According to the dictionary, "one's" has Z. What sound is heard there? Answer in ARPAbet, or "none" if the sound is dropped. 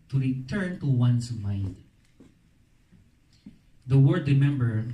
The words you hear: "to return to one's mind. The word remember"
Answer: S